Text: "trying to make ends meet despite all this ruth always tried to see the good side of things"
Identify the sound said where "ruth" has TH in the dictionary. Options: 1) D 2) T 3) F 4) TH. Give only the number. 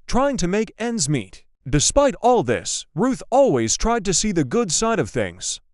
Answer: 4